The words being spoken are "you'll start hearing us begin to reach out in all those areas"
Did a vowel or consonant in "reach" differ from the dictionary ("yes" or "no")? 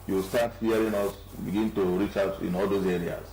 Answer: no